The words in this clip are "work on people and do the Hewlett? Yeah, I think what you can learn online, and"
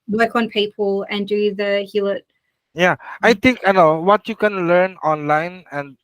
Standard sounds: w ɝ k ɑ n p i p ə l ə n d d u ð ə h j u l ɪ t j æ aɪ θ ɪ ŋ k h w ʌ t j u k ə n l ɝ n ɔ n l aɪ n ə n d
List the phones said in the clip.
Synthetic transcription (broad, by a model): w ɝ k ɑ n p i p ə l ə n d d u ð ə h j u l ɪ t j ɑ aɪ t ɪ ŋ k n w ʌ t j u k ə n l ɝ n ɔ n l aɪ n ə n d